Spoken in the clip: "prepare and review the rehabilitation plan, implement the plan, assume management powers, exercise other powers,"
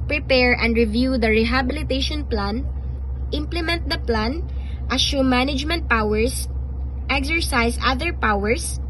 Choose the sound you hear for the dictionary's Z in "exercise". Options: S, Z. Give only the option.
S